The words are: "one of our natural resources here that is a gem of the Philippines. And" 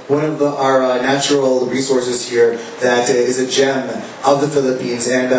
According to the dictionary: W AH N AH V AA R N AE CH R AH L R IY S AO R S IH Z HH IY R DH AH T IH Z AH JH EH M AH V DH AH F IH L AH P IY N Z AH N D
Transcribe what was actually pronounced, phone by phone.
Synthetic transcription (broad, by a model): W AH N AH V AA R N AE CH R L R IY S AO R S IH Z HH IY R DH AH T IH Z AH JH EH M AH V DH AH F IH L AH P IY N Z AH N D